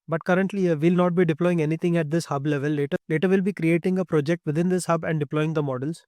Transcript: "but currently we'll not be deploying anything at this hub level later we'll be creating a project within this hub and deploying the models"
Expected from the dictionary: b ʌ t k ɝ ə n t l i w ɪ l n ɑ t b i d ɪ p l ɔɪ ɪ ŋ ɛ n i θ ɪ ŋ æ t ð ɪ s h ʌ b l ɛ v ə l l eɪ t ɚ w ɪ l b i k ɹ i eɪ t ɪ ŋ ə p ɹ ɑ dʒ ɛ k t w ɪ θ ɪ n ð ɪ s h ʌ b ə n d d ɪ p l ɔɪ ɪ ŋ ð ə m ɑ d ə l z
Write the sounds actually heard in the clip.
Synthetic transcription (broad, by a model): b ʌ t k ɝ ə n t l i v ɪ l n ɑ t b i d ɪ p l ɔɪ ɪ ŋ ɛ n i t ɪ ŋ æ t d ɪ s h ʌ b l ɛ v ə l l eɪ t ɚ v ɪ l b i k ɹ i eɪ t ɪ ŋ ə p ɹ ɑ dʒ ɛ k t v ɪ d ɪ n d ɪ s h ʌ b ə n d d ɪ p l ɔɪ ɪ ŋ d ə m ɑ d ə l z